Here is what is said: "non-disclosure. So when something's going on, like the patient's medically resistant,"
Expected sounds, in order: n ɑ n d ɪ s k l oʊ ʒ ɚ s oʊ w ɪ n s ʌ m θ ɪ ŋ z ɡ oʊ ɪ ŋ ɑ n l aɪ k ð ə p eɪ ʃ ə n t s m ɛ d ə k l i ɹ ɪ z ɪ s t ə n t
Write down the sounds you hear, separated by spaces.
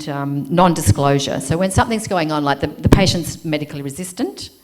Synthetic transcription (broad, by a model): n ɑ n d ɪ s k l oʊ ʒ ɚ s oʊ w ɪ n s ʌ m θ ɪ ŋ z ɡ oʊ ɪ ŋ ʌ n l aɪ k ð ə p eɪ ʃ ə n t s m ɛ d ə k l i ɹ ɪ z ɪ s t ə n t